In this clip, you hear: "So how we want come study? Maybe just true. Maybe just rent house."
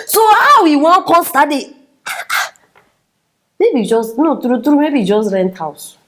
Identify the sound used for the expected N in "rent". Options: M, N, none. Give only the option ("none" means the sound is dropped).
N